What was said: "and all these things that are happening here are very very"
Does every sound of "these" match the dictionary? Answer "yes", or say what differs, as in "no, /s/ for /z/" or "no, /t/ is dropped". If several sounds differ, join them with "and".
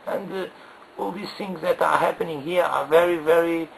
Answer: no, /s/ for /z/